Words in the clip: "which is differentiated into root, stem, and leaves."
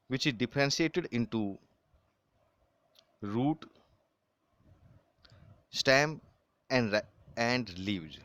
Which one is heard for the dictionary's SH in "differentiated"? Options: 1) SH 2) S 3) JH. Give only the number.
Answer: 2